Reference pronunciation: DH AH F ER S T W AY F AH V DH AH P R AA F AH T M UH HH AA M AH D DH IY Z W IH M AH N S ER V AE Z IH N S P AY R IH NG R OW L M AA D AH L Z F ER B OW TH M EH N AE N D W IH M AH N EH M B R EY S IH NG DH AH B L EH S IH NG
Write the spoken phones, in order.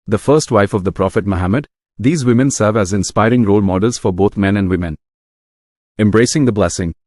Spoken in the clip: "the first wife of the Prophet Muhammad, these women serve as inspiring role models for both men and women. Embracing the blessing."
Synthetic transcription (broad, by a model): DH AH F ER S T W AY F AH V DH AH P R AA F AH T M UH HH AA M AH D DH IY Z W IH M AH N S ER V AE Z IH N S P AY R IH NG R OW L M AA D AH L Z F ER B OW T M EH N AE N D W IH M AH N EH M B R EY S IH NG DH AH B L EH S IH NG